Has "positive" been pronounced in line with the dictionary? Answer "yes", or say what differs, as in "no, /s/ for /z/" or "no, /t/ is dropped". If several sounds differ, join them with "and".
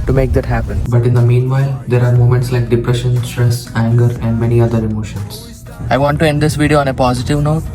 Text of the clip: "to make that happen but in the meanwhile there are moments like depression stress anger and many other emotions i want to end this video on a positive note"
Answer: yes